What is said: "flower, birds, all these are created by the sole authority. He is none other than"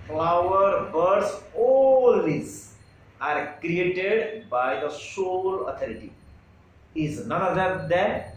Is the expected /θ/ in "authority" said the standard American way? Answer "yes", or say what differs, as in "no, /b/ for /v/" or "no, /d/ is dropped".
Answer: no, /t/ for /θ/